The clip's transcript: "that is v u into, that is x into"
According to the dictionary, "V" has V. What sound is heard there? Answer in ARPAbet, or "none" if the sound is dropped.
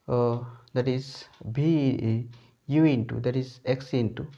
B